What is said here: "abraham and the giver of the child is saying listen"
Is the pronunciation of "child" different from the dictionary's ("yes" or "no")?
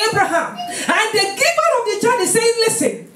yes